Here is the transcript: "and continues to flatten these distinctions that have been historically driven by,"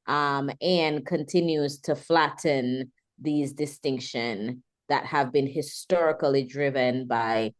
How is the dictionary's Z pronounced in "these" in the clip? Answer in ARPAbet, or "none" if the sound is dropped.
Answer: Z